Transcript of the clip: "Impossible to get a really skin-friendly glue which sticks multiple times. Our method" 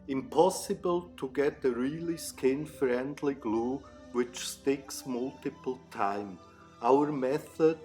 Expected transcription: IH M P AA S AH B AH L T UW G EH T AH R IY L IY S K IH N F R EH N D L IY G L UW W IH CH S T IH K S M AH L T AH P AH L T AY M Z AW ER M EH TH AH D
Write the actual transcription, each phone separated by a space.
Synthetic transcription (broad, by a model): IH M P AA S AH B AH L T UW G EH T AH R IY L IY S K IH N F R EH N D L IY G L UW W IH CH S T IH K S M AH L T AH P AH L T AY M AW ER M EH TH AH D